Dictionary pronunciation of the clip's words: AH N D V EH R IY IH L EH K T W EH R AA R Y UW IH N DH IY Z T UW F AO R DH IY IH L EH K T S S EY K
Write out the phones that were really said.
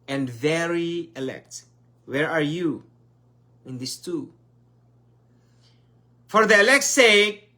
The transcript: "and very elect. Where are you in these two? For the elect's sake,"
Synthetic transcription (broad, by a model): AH N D V EH R IY IH L EH K T W EH R AA R Y UW IH N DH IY S T UW F AO R DH IY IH L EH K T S S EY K